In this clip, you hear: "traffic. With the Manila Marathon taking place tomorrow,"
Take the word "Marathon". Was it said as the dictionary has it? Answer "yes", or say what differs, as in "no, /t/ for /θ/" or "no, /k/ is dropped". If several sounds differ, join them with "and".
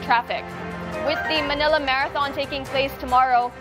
yes